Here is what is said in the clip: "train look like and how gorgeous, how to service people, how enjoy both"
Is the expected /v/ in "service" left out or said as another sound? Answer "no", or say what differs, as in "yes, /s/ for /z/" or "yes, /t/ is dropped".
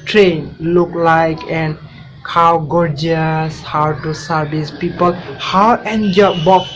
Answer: yes, /b/ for /v/